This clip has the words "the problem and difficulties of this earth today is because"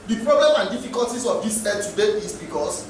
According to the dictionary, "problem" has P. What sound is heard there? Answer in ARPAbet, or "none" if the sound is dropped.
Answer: P